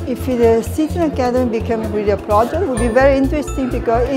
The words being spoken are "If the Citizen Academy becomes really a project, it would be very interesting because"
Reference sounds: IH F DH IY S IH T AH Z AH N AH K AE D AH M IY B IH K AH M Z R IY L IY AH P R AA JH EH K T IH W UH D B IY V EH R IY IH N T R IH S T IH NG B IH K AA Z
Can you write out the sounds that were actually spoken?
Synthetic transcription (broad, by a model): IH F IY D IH S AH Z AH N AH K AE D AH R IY B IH K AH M R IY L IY AH P R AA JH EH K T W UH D B IY V EH R IY IH N T R IH S T IH NG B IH K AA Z